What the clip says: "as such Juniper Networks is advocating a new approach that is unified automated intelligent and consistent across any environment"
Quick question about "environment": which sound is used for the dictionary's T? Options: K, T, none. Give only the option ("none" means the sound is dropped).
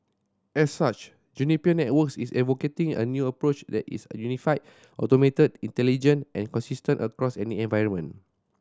none